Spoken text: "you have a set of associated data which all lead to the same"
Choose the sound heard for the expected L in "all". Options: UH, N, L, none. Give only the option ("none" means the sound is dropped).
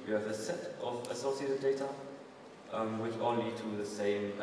N